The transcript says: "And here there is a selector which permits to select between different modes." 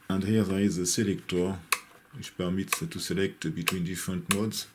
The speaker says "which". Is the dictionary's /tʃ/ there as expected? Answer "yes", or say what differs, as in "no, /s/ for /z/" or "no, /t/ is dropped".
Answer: no, /ʃ/ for /tʃ/